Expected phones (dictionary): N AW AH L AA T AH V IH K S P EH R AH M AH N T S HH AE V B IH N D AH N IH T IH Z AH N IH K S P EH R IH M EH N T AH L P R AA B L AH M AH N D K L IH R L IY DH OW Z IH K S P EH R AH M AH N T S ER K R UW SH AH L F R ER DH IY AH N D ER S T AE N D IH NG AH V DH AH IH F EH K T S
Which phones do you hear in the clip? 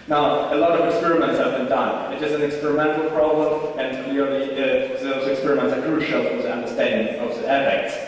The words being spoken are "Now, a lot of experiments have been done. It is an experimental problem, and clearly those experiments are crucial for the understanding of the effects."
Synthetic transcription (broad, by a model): N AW AH L AA T AH V IH K S P EH R AH M AH N T S HH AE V B IH N D AH N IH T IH S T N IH K S P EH R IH M EH N T L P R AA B L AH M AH N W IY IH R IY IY DH OW Z IH K S P EH R AH M AH N T S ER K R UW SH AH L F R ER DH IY AH N D ER S T AE N D IH NG AH V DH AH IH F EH K T S